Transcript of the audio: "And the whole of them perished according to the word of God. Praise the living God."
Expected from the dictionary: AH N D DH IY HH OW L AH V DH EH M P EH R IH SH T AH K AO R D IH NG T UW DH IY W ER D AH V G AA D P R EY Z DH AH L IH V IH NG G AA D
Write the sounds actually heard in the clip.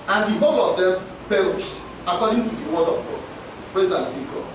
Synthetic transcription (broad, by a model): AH N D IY HH OW L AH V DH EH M P EH R IH SH T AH K AO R D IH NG T UW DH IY W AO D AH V G AA D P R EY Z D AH N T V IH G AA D